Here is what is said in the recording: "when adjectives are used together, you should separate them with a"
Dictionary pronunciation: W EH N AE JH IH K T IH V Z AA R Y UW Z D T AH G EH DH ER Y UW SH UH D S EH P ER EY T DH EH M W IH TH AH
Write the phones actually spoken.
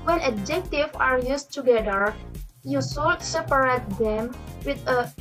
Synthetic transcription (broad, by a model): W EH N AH JH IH K T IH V AA R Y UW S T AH G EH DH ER Y UW S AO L S EH P ER EY T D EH M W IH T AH